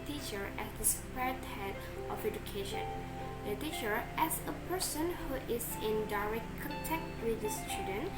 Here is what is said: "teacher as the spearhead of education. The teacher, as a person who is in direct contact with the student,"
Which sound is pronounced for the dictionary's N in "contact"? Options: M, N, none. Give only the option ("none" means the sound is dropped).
none